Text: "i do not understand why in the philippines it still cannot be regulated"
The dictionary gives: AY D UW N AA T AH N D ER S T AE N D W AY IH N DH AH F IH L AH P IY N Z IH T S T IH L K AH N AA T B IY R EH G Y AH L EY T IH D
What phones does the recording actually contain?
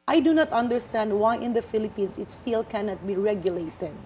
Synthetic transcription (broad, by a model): AY D UW N AA T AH N D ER S T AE N D W AY IH N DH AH F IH L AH P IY N S IH T S T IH L K AH N AA T B IY R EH G Y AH L EY T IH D